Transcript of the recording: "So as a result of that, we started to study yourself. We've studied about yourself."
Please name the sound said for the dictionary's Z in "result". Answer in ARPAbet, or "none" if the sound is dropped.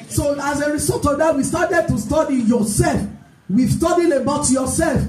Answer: S